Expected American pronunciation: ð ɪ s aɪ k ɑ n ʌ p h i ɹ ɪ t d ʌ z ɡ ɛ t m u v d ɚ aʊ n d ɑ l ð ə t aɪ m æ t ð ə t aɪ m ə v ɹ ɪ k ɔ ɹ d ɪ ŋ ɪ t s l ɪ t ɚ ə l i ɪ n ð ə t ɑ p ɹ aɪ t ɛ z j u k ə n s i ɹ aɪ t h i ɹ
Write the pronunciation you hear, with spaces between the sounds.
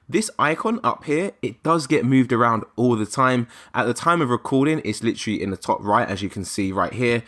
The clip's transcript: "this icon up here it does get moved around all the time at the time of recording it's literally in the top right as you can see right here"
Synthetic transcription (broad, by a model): ð ɪ s aɪ k ɑ n ʌ p h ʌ ɹ ɪ t d ʌ z ɡ ɛ t m u v d ɚ aʊ n d ɑ l ð ə t aɪ m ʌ t ð ə t aɪ m ə v ɹ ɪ k ɔ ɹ d ɪ ŋ ɪ t s l ɪ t ɚ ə l i ɪ n ð ə t ɑ p ɹ aɪ t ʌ z j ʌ k ə n s i ɹ aɪ t h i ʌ